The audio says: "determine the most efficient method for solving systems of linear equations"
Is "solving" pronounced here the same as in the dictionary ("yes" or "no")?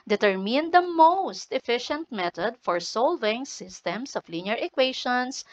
yes